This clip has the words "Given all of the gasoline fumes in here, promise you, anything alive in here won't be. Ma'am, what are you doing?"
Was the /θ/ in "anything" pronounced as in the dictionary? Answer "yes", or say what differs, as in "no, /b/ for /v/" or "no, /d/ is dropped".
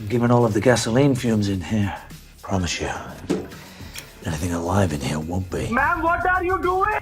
yes